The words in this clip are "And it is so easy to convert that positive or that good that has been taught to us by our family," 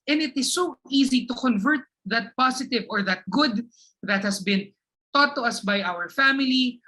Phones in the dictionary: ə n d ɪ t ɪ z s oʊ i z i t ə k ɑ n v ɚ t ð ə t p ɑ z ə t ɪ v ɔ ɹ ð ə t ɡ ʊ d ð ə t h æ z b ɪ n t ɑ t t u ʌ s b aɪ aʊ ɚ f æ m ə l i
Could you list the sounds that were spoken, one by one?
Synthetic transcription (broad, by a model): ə n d ɪ t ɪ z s oʊ i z i t ə k ɑ n v ɚ t ð ə t p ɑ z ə t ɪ v ɔ ɹ ð ə t ɡ ʊ d ð ə t h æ s b ɪ n t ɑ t t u ʌ s b aɪ aʊ ɚ f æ m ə l i